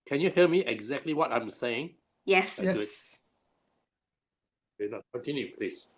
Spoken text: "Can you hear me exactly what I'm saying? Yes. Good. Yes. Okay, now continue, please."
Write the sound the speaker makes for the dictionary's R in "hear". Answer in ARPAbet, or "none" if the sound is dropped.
L